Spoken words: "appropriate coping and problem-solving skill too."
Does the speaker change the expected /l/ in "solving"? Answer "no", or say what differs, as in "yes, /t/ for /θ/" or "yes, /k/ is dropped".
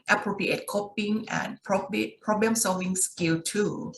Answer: no